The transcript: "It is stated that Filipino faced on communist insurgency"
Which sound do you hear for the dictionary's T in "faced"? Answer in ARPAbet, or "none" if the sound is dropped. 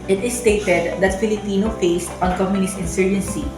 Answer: T